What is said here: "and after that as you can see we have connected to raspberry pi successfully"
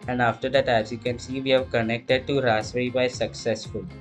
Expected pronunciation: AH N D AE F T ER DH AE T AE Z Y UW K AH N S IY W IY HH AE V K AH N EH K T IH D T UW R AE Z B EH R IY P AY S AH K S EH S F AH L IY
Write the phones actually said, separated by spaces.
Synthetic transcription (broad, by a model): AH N D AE F T ER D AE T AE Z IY K AH N S IY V IY HH AE V K AH N EH K T IH D T UW R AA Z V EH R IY B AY S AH K S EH S F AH L